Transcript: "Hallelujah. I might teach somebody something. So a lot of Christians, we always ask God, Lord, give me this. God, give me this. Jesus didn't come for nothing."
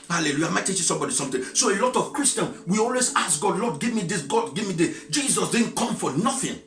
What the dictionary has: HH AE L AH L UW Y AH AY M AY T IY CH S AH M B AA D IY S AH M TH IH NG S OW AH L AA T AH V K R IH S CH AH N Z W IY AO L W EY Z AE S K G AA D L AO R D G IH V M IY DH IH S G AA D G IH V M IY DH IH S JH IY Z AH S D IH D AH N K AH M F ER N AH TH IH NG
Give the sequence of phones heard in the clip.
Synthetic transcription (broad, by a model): HH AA L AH L UW Y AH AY M AY T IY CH S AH M B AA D IY S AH M T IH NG S OW AH L AA T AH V K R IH S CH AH N W IY AO L W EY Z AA S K G AA D L AO D G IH V M IY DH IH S G AA D G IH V M IY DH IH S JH IY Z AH S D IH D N K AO M F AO N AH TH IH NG